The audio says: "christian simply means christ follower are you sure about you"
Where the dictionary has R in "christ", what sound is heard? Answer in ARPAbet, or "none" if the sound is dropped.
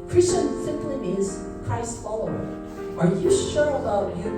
none